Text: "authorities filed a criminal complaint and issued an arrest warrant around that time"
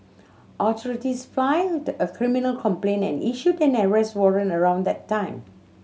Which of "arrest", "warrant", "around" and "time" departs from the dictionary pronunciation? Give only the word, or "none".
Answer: warrant